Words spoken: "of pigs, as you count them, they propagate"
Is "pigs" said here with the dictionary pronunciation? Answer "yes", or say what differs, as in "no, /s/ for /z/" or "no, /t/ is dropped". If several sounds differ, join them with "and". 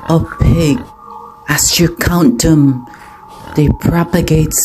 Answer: no, /z/ is dropped